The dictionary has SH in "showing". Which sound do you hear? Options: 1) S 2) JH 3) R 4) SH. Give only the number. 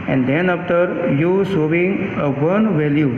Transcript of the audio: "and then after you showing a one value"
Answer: 1